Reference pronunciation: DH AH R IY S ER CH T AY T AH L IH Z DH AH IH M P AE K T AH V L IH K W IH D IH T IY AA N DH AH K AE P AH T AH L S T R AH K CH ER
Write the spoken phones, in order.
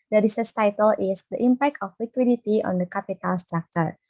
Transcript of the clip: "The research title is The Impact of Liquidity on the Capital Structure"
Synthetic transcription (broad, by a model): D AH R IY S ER S T AY T AH L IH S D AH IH M P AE K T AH F L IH K W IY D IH T IY AA N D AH K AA P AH T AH L S T R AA K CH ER